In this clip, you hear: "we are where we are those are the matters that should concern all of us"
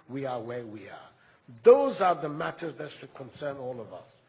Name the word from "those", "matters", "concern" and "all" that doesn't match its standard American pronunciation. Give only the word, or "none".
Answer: none